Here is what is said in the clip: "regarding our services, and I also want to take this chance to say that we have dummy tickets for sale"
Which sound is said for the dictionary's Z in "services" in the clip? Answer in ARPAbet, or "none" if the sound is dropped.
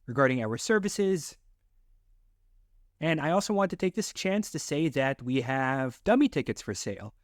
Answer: Z